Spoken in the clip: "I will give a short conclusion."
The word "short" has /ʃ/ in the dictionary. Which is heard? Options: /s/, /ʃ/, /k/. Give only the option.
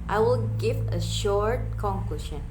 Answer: /ʃ/